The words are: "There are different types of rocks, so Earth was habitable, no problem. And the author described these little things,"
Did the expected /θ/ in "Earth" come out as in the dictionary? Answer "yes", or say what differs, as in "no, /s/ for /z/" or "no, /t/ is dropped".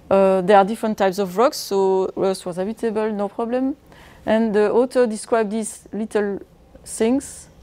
no, /s/ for /θ/